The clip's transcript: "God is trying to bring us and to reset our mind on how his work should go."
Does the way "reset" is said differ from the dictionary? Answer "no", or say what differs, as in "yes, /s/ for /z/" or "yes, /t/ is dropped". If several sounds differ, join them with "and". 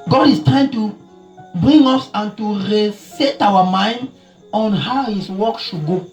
no